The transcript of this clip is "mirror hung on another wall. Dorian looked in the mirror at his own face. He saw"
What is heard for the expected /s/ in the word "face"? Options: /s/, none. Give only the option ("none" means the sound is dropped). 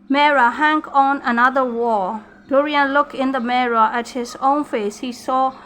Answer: /s/